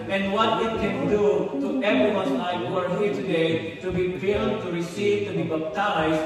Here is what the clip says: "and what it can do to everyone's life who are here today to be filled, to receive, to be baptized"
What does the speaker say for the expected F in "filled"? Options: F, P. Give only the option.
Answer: P